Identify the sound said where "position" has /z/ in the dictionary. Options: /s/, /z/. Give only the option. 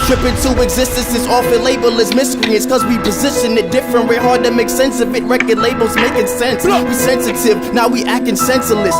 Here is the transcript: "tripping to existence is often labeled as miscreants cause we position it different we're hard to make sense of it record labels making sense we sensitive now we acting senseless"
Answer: /z/